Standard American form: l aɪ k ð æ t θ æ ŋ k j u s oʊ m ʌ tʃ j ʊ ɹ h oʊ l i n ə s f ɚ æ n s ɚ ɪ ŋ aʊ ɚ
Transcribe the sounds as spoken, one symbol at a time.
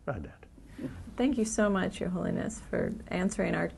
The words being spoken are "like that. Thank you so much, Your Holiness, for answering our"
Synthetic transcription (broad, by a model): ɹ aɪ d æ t θ æ ŋ k j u s oʊ m ʌ tʃ j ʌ ɹ h oʊ l i n ə s f ɚ æ n s ɚ ɪ ŋ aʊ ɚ